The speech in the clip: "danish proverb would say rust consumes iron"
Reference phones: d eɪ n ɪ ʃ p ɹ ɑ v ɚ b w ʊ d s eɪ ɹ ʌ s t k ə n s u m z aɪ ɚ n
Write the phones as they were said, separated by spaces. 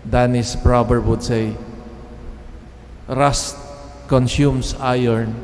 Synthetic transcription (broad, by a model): d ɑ n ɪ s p ɹ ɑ b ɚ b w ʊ d s eɪ ɹ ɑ s t k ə n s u m s aɪ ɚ n